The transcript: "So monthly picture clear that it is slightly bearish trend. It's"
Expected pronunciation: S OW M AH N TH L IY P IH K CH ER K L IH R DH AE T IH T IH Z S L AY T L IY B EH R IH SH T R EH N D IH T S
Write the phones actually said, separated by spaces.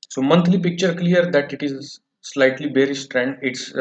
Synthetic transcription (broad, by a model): S OW M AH N T L IY P IH K CH ER K L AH R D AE T IH T IH Z S L AY T L IY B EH R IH S T R EH N D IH T S